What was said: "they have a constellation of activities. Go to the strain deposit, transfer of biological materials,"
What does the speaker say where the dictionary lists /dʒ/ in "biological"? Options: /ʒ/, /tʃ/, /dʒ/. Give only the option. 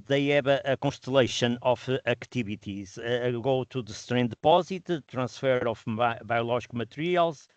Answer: /ʒ/